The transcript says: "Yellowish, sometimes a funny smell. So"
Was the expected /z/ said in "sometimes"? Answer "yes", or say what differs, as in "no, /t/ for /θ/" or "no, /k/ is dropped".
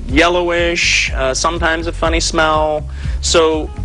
yes